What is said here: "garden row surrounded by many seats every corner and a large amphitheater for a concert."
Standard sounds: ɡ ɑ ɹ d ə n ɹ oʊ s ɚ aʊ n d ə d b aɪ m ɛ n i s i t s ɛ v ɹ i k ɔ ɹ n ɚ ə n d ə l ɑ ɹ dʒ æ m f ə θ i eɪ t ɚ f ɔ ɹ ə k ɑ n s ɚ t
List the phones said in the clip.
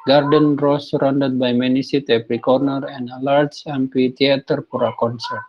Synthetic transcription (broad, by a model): ɡ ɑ ɹ d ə n ɹ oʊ s ɚ aʊ n d ə d b aɪ m ɛ n i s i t ɛ p ɹ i k ɔ ɹ n ɚ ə n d ə l ɑ ɹ dʒ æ m p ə t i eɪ t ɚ p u ɹ ə k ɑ n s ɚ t